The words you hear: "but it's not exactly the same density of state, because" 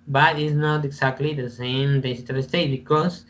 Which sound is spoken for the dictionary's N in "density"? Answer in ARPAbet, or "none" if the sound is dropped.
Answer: none